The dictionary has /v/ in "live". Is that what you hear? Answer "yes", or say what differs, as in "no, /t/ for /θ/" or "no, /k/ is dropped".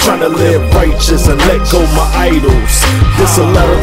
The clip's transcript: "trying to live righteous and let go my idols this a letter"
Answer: no, /b/ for /v/